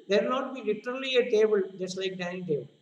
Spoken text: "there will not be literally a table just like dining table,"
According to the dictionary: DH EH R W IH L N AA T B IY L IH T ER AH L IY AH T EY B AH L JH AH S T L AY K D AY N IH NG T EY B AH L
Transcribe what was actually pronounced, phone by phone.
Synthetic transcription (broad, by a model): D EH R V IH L N AA T B IY L IH T ER AH L IY AH T EY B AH L JH AH S T L AY K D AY IH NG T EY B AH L